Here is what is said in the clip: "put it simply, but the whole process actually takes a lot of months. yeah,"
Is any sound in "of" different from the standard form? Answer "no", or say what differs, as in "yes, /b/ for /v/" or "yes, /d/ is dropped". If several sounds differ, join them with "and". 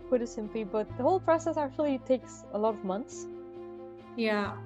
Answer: no